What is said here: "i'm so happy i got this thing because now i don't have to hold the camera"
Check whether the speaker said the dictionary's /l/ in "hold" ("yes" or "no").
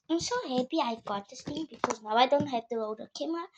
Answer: no